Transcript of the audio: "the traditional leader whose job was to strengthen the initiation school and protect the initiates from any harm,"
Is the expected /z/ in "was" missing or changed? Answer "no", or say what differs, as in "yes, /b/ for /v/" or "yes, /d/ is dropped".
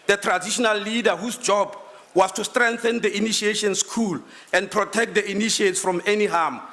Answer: yes, /s/ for /z/